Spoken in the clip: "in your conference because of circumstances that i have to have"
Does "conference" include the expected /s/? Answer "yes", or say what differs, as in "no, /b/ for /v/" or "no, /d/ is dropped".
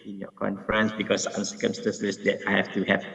yes